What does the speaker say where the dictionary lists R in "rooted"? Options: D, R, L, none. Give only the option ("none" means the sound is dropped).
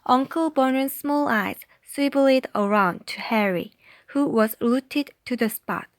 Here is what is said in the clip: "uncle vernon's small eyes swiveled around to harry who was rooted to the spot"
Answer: L